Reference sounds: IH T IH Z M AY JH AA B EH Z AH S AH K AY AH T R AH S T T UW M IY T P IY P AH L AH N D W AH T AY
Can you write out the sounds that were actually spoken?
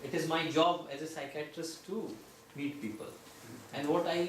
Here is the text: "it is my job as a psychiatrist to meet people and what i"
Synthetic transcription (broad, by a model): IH T IH Z M AY JH AA B EH Z AH S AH K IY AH T R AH S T T UW M IY T P IY P AH L AH N D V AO T AY